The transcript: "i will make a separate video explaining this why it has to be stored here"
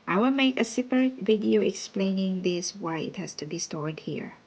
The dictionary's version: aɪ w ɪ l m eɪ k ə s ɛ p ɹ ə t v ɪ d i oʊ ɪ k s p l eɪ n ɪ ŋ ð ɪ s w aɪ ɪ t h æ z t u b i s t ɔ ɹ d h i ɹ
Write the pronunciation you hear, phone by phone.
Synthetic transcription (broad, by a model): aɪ w ɪ l m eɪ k ə s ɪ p ə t v ɪ d i oʊ ɪ k s p l eɪ n ɪ ŋ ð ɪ s w aɪ ɪ t h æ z t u b i s t ɔ ɹ d h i ɹ